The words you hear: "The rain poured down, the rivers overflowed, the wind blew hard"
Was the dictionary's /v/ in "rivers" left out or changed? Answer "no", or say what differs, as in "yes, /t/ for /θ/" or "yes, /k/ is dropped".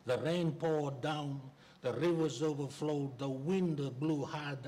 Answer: no